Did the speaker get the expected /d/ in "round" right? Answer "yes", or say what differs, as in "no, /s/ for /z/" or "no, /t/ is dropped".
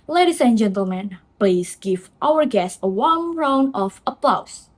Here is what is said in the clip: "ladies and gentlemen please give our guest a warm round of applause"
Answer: no, /d/ is dropped